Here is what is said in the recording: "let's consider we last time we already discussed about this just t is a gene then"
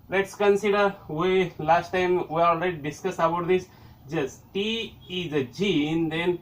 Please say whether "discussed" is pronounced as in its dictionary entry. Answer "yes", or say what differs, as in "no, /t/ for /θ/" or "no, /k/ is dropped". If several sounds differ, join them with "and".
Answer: no, /t/ is dropped